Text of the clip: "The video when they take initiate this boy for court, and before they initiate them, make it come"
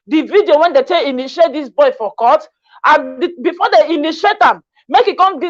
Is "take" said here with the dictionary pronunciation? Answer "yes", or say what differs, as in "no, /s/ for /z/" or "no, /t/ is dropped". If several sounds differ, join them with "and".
no, /k/ is dropped